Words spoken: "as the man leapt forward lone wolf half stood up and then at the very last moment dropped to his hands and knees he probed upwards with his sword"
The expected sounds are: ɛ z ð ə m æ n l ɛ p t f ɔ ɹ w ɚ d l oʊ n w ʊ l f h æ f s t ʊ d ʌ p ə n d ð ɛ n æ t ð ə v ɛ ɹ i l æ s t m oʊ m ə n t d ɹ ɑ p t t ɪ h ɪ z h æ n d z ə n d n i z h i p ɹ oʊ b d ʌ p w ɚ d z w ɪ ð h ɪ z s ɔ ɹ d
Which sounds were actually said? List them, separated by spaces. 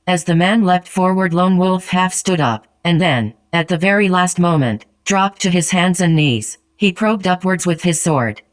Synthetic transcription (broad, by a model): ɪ z ð ə m æ n l ɛ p t f ɔ ɹ w ɚ d l oʊ n w ʊ l f h æ f s t ʊ d ʌ p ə n ð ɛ n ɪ t ð ə v ɛ ɹ i l æ s t m oʊ m ə n t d ɹ ɑ p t t ɪ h ɪ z h æ n d z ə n n i z h i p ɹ oʊ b d ʌ p w ɚ d z w ɪ ð ɪ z s ɔ ɹ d